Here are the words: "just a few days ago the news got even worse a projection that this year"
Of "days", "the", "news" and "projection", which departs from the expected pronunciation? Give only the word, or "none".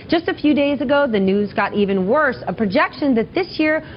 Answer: none